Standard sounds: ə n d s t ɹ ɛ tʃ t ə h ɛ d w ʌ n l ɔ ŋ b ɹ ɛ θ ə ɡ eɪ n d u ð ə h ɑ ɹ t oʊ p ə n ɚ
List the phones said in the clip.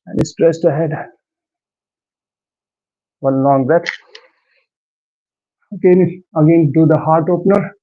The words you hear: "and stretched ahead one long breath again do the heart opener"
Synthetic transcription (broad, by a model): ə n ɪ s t ɹ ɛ s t ə h ɛ d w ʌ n l ɔ ŋ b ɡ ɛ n ə ɡ eɪ n d u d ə h ɑ ɹ t oʊ p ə n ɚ